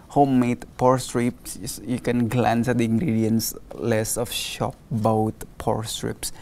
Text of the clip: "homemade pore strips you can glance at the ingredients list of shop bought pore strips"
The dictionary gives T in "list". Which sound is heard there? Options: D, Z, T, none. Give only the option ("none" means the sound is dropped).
none